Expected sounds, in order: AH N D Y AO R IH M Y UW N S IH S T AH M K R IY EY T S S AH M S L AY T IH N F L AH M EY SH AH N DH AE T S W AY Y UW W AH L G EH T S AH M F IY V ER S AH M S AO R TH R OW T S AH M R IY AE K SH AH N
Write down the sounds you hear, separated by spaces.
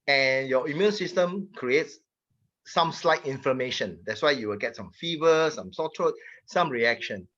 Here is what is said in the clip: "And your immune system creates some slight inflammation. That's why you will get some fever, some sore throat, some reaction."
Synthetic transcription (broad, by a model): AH N Y AO IH M Y UW N S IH S T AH M K R IY EY T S S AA M S L AY T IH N F AH M EY SH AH N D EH T S W AY Y UW W AH L G EH T S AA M F IY V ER S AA M S AO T R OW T S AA M R IY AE K SH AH N